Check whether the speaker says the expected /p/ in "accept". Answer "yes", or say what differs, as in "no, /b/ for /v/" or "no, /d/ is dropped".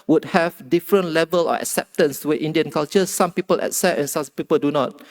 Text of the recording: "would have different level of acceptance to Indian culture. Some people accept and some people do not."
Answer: no, /p/ is dropped